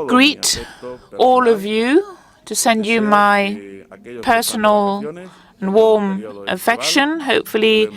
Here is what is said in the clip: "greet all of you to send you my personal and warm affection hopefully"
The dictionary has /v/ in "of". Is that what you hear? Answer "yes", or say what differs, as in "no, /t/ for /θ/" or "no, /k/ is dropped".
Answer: yes